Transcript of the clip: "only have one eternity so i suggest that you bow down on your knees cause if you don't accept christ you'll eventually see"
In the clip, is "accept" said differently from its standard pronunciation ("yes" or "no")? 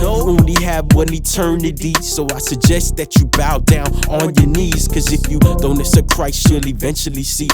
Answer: yes